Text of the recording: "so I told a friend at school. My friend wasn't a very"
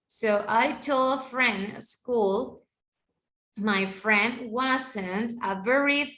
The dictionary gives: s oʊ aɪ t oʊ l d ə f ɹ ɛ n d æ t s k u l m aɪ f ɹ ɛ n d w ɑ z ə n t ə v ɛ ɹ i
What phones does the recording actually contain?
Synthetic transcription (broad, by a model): s oʊ aɪ t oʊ l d ə f ɹ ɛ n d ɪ s k u l m aɪ f ɹ ɛ n d w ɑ s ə n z ə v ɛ ɹ i